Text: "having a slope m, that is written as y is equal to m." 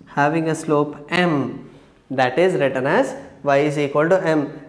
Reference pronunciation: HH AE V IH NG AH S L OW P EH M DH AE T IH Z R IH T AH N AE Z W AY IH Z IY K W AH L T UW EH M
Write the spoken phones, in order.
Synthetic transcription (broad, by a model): HH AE V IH NG AH S L OW P EH M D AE T IH Z R IH T AH N AE Z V AY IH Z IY K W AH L T UW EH M